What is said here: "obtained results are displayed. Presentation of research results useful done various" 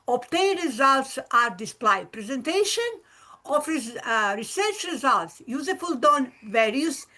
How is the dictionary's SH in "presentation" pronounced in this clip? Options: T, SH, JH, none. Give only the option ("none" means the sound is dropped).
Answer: SH